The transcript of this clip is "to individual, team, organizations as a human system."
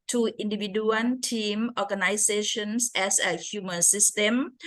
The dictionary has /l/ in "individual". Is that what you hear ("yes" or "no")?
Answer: no